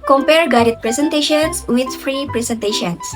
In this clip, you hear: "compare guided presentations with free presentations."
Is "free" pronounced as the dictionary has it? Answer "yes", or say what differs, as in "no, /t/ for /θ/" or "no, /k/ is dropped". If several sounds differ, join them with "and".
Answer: yes